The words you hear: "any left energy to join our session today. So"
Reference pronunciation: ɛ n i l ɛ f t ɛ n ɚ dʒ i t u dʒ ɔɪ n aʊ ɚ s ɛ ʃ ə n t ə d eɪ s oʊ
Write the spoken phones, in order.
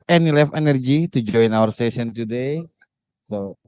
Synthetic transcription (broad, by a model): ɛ n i l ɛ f ɛ n ɚ dʒ i t u dʒ ɔɪ n aʊ ɚ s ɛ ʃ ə n t ə d eɪ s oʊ